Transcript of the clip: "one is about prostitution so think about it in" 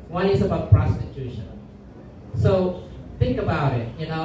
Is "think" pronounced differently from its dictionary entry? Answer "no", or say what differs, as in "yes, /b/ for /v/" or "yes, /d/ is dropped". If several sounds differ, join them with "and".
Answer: no